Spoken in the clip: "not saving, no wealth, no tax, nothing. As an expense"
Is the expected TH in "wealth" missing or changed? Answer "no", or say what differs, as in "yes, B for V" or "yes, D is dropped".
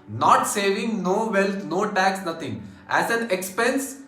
yes, T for TH